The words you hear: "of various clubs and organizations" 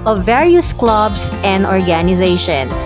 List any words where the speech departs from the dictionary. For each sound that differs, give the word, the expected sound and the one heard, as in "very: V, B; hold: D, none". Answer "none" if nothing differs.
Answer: clubs: Z, S